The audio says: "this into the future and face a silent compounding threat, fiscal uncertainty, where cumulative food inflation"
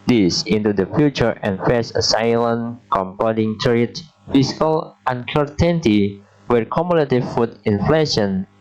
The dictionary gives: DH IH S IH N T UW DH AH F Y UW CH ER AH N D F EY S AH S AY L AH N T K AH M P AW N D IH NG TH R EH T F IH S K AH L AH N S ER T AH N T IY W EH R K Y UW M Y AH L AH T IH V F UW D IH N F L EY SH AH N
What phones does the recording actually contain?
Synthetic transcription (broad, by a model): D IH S IH N T UW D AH F Y UW CH ER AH N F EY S AH S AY L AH N K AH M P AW D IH NG T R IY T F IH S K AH L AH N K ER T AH N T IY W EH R K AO M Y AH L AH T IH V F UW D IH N F L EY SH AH N